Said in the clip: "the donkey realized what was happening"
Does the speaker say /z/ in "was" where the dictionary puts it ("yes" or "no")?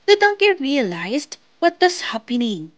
no